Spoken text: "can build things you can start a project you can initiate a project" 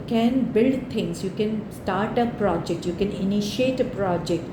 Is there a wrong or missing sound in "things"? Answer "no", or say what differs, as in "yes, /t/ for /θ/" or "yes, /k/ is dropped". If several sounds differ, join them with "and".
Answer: yes, /t/ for /θ/